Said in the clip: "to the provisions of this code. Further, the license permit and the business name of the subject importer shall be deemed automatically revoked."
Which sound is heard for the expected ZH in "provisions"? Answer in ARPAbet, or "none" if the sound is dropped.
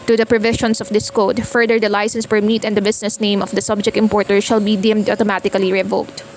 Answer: SH